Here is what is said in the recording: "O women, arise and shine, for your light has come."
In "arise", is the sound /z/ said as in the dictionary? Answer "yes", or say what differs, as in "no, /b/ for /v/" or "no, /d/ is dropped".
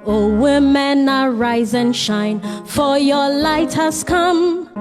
yes